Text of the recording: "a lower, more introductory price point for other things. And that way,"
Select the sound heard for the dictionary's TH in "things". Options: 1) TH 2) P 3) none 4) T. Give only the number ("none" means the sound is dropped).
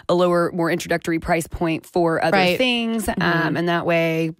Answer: 1